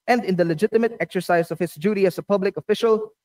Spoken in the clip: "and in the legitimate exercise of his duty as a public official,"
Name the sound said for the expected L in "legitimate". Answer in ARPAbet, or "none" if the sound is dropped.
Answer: L